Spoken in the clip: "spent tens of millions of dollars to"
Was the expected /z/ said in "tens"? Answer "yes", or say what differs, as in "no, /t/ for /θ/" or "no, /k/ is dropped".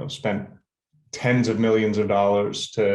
yes